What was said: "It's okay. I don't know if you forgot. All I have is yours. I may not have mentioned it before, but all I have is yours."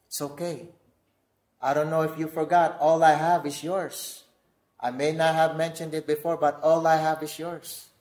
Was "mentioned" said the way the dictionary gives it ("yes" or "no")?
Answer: yes